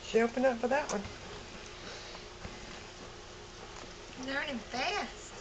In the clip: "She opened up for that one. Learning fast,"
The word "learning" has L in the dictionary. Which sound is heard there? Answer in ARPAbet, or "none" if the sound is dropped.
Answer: N